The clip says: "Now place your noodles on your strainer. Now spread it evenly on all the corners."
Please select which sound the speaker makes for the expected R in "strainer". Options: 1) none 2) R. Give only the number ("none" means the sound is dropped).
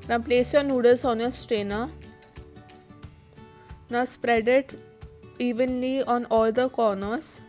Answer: 1